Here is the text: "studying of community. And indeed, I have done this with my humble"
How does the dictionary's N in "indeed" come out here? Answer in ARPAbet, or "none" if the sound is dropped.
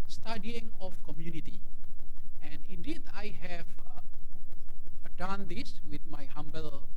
none